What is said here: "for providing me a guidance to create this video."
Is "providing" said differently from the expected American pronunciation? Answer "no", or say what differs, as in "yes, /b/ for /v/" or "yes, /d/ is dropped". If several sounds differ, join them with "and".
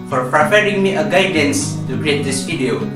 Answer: yes, /p/ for /v/